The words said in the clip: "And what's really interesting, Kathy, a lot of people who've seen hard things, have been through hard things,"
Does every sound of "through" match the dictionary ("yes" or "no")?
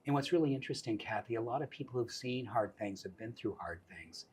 yes